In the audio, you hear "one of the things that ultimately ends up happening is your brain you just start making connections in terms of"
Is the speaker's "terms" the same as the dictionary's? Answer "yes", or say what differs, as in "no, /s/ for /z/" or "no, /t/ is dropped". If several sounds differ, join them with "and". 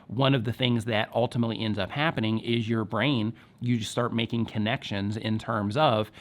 yes